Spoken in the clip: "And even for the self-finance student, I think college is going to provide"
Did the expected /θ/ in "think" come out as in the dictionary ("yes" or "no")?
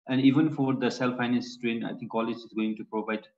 no